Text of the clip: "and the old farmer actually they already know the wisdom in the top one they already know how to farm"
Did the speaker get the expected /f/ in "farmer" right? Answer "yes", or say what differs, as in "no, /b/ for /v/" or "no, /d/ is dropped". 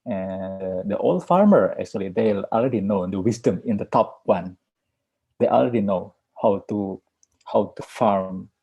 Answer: yes